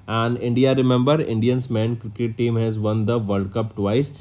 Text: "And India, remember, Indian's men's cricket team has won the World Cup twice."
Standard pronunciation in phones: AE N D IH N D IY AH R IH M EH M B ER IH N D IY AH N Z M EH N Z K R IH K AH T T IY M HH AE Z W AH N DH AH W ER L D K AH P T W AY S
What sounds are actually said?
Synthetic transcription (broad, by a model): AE N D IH N D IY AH R IH M EH M B ER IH N D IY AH N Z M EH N K R IH K AH T T IY M HH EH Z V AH N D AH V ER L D K AH P T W AY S